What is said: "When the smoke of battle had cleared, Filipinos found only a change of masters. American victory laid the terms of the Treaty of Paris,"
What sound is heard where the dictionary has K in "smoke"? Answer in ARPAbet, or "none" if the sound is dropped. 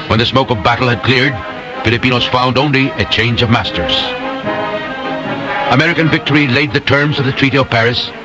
K